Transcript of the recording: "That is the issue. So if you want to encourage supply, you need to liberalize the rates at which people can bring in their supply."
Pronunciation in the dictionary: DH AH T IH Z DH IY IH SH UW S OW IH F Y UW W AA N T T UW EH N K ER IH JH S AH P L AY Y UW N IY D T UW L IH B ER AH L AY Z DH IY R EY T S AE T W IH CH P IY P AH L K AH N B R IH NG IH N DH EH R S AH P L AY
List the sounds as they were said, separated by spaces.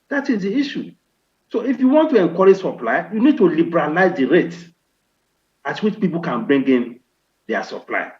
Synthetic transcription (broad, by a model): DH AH T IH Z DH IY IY SH UW S OW IH F Y UW W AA N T T UW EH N K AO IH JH S AH P L AY Y UW N IY D T UW L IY B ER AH L AY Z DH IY R EY T AA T W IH CH P IY P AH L K AH N B R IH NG IH N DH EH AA S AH P L AY